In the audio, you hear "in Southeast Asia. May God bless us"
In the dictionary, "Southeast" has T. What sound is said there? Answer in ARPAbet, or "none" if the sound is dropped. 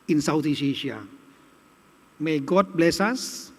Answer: none